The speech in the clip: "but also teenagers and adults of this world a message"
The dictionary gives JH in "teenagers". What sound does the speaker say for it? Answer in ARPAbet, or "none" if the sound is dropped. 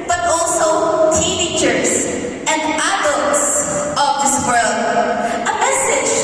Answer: CH